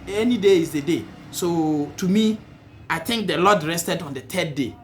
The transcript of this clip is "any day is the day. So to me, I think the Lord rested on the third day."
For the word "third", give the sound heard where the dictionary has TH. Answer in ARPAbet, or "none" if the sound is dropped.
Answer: T